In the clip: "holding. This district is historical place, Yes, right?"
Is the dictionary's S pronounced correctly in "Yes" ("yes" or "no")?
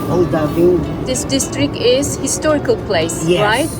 no